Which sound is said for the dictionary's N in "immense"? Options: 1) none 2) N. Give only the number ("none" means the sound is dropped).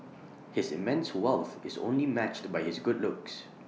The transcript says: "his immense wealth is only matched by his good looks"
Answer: 2